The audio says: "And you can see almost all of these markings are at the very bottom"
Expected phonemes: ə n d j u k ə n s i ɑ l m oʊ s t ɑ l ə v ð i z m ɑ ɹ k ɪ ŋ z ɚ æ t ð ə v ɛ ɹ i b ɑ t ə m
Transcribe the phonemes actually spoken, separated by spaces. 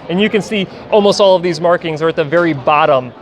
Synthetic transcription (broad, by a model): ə n j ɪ k ə n s i ɑ l m oʊ s t ɑ l ə v ð i z m ɑ ɹ k ɪ ŋ z ɚ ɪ t ð ə v ɛ ɹ i b ɑ t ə m